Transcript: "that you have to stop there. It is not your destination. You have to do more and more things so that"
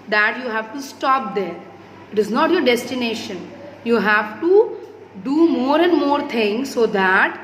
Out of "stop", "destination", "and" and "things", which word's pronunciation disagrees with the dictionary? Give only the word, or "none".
things